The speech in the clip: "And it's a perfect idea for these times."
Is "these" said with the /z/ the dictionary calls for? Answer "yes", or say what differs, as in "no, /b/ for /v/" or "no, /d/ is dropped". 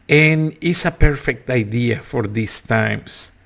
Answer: no, /s/ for /z/